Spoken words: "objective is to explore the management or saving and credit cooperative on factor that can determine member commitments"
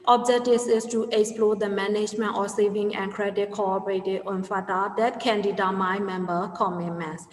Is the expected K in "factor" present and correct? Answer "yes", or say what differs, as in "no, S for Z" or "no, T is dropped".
no, K is dropped